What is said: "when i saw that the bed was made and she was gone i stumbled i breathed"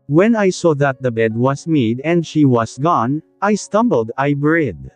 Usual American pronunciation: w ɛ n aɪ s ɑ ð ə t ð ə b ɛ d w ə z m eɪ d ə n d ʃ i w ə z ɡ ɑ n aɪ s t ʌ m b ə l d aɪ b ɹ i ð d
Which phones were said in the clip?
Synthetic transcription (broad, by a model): w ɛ n aɪ s ɑ ð ə t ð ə b ɛ d w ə s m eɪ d ə n d ʃ i w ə s ɡ ɑ n aɪ s t ʌ m b ə l d aɪ b ɹ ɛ d